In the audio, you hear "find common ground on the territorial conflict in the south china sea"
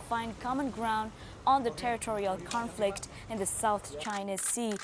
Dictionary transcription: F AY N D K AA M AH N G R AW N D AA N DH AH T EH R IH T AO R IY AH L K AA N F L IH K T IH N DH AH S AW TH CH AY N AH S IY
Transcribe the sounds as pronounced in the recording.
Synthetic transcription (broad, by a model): F AY N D K AA M AH N G R AW N D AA N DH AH T EH R IH T AO R IY AH L K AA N F L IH K T IH N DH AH S AW TH CH AY N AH S IY